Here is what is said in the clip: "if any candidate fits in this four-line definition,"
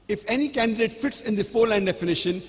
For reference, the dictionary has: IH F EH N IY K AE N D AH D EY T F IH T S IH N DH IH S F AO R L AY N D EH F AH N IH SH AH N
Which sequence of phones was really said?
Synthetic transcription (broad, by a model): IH F EH N IY K AE N D AH D EY T F IH T S IH N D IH F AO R L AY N D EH F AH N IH SH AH N